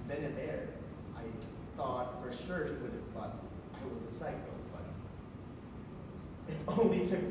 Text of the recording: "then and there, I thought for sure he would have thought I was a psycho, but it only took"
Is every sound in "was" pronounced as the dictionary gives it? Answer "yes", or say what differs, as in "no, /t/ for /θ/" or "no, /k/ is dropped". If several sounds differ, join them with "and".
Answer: yes